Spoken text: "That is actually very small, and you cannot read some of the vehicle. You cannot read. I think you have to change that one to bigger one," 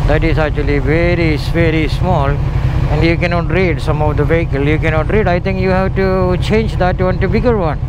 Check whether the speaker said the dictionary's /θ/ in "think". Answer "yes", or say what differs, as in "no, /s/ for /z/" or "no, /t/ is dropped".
no, /t/ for /θ/